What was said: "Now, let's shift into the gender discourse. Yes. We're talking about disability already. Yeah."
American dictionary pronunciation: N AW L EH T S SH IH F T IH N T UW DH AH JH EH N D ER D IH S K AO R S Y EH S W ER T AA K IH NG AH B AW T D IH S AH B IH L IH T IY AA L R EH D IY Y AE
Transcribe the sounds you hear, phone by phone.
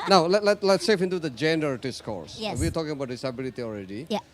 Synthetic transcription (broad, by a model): N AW L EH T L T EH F IH N T UW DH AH JH EH N D ER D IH S K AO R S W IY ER T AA K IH NG AH B AW T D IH S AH B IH L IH T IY AA L R EH D IY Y